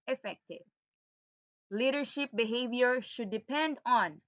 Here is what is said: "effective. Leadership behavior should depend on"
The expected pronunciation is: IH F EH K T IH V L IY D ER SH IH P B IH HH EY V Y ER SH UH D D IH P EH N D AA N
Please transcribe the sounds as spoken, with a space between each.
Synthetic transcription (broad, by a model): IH F EH K T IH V L IY D ER SH IH P B IH HH EY V Y ER SH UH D D IH P EH N D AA N